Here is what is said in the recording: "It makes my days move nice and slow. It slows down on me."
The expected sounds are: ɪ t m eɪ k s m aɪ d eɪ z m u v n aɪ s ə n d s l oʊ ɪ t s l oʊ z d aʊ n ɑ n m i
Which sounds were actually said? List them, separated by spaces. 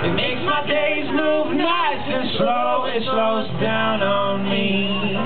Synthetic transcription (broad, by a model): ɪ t m eɪ k s m aɪ d eɪ z m u v n aɪ s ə n s l oʊ ɪ t s l oʊ z d aʊ n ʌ n m i